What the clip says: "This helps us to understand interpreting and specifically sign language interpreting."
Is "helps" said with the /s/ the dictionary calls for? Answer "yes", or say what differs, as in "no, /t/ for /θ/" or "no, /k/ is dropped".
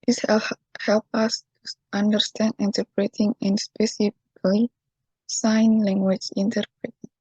no, /s/ is dropped